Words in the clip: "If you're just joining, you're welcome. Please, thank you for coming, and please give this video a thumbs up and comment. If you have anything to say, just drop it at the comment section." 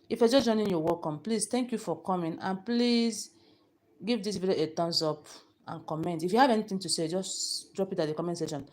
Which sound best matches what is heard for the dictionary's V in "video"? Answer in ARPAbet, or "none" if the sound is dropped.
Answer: B